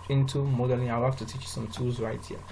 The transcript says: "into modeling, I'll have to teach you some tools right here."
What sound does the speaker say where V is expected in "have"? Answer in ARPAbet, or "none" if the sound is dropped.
F